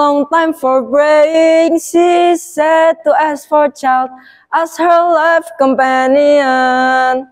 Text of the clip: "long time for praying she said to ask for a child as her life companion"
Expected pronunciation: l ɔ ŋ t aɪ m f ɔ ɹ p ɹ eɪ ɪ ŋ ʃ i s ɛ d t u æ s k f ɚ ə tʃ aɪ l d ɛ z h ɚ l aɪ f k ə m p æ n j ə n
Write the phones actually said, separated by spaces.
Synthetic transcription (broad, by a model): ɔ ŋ t aɪ m f ɔ ɹ b ɹ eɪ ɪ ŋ ʃ i s ɛ d t u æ s f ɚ ə tʃ aɪ l d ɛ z h ɚ l aɪ f k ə m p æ n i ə n